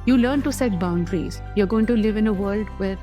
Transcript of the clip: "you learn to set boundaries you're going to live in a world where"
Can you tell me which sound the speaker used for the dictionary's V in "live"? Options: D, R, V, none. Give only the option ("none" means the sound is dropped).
V